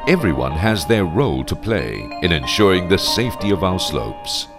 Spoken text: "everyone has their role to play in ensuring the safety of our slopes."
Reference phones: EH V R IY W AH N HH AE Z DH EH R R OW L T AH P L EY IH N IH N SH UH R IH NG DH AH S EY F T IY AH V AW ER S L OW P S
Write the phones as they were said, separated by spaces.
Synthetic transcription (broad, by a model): EH V R IY W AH N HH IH Z DH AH R R OW L T AH P L EY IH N IH N SH UH R IH NG DH AH S EY F T IY AH V AW ER S L OW P S